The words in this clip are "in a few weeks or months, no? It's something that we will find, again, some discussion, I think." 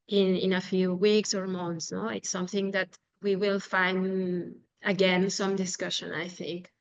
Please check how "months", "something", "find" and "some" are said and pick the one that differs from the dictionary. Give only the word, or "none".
none